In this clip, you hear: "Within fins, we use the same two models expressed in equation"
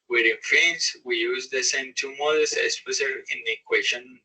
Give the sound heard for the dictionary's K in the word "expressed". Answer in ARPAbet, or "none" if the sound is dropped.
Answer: none